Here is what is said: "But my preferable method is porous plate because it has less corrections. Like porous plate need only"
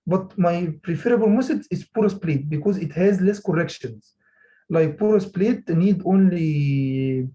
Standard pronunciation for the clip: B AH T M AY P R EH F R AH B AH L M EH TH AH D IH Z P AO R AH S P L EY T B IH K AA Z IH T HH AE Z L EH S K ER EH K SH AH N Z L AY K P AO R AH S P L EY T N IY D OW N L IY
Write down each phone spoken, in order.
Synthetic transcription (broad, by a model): B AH T M AY P R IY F R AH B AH L M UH S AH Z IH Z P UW R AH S P L EY T B IH K AA Z IH T HH AE Z L EH S K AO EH K SH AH N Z L AY K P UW R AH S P L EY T N IY D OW N L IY